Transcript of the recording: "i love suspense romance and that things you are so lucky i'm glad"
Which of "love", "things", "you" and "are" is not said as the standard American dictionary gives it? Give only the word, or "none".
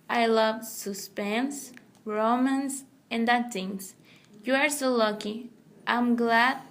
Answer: things